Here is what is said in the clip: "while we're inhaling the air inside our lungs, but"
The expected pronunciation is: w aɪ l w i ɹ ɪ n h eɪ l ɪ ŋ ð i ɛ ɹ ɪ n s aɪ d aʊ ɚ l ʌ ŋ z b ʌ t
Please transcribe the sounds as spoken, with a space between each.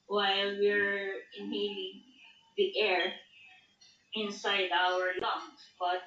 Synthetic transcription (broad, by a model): w aɪ l w i ɹ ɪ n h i ɪ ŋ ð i ɛ ɹ ɪ n s aɪ d aʊ ɚ l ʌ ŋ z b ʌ t